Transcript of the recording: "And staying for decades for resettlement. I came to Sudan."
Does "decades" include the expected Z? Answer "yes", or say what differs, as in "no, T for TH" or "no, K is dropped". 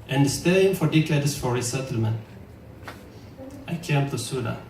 no, S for Z